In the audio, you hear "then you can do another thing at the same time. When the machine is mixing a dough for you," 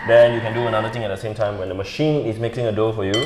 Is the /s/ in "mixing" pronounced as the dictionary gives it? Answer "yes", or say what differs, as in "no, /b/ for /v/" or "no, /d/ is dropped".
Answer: no, /s/ is dropped